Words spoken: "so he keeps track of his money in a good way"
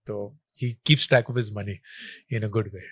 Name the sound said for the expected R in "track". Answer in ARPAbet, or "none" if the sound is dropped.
none